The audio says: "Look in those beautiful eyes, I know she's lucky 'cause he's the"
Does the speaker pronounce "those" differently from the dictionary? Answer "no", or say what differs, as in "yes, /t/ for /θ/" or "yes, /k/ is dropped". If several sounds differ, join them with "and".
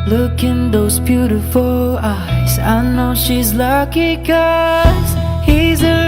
no